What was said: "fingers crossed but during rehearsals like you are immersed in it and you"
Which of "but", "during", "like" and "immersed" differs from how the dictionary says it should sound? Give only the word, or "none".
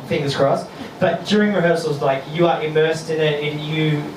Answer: none